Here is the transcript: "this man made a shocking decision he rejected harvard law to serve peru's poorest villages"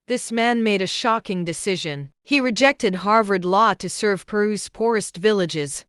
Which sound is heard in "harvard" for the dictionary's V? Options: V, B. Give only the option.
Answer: V